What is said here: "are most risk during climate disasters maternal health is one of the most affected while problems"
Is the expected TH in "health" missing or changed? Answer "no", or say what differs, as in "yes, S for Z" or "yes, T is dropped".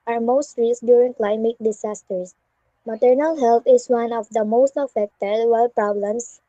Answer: yes, T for TH